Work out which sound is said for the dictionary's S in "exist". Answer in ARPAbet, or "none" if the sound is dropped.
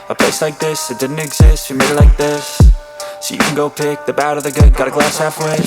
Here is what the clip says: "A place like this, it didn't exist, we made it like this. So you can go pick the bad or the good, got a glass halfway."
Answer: S